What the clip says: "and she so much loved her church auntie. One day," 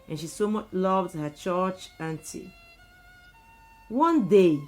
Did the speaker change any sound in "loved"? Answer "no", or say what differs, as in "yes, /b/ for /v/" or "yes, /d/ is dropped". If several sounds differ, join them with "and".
no